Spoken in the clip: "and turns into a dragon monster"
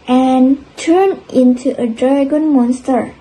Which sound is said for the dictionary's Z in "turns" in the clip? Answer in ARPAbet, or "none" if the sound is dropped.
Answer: none